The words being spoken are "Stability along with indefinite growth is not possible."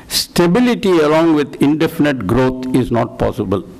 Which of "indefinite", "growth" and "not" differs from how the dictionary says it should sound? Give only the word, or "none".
growth